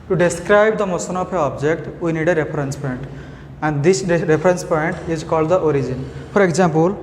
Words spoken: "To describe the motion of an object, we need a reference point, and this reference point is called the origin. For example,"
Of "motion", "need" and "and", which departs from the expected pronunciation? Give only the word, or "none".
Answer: motion